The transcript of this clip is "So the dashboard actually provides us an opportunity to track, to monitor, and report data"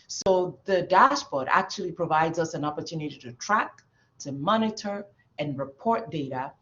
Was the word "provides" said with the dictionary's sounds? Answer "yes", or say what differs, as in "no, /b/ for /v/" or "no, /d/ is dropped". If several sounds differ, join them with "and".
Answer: yes